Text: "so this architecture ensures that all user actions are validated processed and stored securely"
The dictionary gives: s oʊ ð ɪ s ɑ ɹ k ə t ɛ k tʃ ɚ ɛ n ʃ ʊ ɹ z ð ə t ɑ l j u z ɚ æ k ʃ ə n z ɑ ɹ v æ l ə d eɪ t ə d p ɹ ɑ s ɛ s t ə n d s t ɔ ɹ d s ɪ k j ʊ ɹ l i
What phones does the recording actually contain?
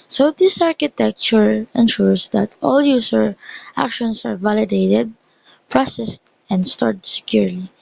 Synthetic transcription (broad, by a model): s oʊ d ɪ s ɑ ɹ k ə t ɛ k tʃ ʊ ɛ n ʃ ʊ ɹ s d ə t ɑ l j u s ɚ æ k ʃ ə n s ɑ ɹ v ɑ l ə d eɪ t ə d p ɹ ɑ s ɛ s t ə n d s t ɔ ɹ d s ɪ k j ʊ ɹ l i